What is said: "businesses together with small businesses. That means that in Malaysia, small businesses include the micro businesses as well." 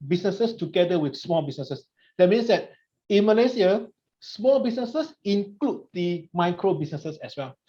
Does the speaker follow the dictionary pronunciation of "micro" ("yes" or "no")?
yes